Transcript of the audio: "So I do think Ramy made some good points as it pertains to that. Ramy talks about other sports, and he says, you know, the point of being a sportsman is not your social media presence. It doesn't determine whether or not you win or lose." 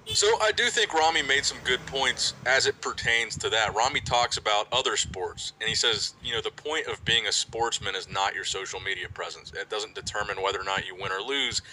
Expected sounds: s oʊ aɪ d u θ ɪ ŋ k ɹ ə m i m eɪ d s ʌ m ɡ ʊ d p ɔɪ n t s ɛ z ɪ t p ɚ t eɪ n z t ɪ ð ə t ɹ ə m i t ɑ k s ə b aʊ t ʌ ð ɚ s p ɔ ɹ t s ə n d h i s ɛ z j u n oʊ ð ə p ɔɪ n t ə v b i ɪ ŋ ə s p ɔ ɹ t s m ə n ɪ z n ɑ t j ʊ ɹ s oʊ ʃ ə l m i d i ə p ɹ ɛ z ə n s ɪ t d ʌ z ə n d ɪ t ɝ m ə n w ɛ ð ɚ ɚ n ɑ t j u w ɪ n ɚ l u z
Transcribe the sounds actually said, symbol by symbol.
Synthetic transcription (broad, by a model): s oʊ aɪ d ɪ θ ɪ ŋ k ɹ ə m i m eɪ d s ʌ m ɡ ʊ d p ɔɪ n t s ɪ z ɪ t p ɚ t eɪ n z t ɪ ð ə t ɹ ə m i t ɑ k s ə b aʊ t ʌ ð ɚ s p ɔ ɹ t s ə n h i s ɛ z j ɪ n oʊ ð ə p ɔɪ n t ə v b i ɪ ŋ ə s p ɔ ɹ t s m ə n ɪ z n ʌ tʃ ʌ ɹ s oʊ ʃ l m i d i ə p ɹ ɛ z ə n s ɪ t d ʌ z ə n d ɪ t ɝ m ə n w ɛ ð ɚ ɚ n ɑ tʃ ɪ w ɪ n ɚ l u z